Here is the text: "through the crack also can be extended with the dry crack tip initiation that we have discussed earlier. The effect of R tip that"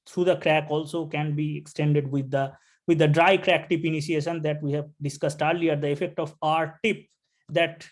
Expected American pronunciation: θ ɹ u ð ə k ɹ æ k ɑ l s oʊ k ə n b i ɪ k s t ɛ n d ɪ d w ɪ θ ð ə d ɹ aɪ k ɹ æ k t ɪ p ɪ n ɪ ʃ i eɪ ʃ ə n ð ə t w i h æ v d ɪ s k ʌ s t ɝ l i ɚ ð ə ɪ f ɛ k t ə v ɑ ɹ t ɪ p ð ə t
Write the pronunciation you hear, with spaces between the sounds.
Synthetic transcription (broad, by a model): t ɹ u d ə k ɹ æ k ɑ l s oʊ k ə n b i ɪ k s t ɛ n d ɪ d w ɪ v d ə d ɹ aɪ k ɹ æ k t ɪ p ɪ n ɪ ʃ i eɪ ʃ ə n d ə t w i h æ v d ɪ s k ʌ s t ɝ l i ɚ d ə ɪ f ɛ k t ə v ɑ ɹ t ɪ p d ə t